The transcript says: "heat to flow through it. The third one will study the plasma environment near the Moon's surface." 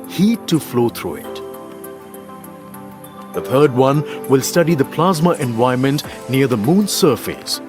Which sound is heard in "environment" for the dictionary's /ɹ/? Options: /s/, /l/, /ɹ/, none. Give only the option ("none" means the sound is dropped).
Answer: none